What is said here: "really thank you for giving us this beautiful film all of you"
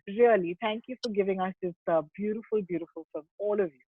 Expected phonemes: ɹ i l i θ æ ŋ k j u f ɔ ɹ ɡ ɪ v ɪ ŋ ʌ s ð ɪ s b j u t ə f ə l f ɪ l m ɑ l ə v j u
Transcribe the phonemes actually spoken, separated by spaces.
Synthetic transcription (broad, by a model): ɹ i l i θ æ ŋ k j u f ɔ ɹ ɡ ɪ v ɪ ŋ ʌ s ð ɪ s b j u t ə f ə l f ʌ l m ɑ l ə v j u